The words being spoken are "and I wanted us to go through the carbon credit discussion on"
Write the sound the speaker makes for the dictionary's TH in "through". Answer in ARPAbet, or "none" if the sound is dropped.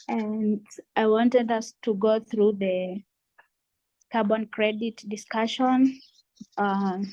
TH